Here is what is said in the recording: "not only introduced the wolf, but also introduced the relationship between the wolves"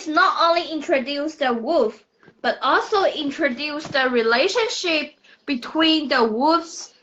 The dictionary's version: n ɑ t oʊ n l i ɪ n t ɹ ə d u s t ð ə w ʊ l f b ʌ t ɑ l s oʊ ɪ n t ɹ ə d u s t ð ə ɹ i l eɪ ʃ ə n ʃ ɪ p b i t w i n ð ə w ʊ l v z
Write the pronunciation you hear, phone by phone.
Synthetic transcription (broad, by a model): n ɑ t oʊ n l i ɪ n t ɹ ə d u s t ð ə w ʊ f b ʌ t ɑ l s oʊ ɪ n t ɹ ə d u s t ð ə ɹ i l eɪ ʃ ə n ʃ ɪ p b i t w i n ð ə w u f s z